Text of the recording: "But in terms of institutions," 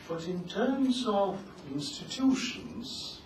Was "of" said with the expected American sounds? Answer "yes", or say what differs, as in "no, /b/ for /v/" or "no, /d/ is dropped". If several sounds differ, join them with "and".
yes